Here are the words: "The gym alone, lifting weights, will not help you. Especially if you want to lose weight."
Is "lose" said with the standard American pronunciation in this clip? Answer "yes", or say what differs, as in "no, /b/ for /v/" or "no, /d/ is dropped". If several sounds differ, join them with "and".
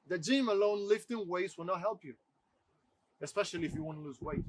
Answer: yes